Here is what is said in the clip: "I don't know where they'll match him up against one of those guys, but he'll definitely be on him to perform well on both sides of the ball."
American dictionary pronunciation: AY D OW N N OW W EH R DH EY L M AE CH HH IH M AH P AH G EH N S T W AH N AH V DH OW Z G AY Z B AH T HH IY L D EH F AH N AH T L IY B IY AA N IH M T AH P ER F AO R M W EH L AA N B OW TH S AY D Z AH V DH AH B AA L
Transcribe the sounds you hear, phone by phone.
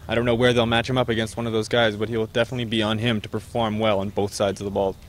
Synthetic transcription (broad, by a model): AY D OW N N OW W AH R DH EY L M AE CH HH IH M AH P AH G EH N S T W AH N AH V DH OW Z G AY Z B AH T HH IY L D EH F AH N AH T L IY B IY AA N IH M T AH P ER F AO R M W EH L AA N B OW TH S AY D Z AH V DH AH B AA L